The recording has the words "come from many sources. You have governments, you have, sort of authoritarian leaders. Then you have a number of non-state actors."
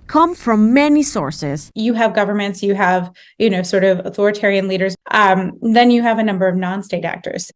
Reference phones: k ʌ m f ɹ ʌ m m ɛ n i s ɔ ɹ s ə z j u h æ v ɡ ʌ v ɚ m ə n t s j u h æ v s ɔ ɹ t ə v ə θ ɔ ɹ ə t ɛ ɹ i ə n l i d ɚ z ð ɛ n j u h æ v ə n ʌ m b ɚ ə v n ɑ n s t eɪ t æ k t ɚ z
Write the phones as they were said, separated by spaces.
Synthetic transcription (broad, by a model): k ʌ m f ɹ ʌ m m ɛ n i s ɔ ɹ s ə z j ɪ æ v ɡ ʌ v ɚ m ə n t s j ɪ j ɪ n s ɔ ɹ t ə v ə θ ɔ ɹ ə t ɛ ɹ i ə n l i d ɚ z ð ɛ n j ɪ v ə n ʌ m b ɚ ə v n ɑ n s t eɪ t æ k t ɚ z